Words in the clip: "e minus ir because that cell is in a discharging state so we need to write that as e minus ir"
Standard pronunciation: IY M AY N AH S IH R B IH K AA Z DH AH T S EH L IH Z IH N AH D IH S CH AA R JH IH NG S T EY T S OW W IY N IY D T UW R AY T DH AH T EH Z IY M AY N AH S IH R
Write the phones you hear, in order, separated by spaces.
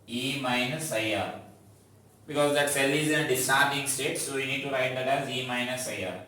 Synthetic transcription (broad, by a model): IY M AY N AH S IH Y B IH K AA Z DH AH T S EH L IH Z IH N AH D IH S AA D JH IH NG S T EY T S OW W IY N IY D T UW R AY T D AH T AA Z IY M AY N AH S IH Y